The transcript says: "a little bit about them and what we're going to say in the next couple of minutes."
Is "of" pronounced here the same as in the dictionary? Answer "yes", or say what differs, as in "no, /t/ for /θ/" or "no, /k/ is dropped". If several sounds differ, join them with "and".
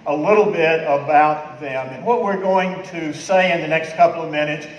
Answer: yes